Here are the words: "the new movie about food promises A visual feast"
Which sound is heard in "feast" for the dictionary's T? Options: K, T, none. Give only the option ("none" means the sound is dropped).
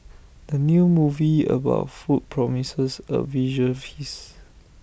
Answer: none